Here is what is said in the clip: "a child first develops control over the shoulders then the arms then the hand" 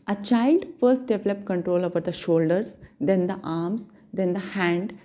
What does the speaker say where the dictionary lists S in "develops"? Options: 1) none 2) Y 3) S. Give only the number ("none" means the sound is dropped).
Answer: 1